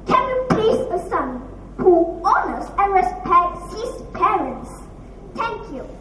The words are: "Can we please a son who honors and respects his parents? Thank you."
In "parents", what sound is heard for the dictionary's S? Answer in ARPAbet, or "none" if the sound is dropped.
S